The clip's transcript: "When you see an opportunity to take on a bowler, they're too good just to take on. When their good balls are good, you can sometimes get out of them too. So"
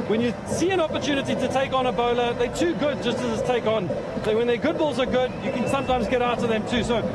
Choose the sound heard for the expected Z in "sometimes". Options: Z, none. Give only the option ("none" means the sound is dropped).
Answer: Z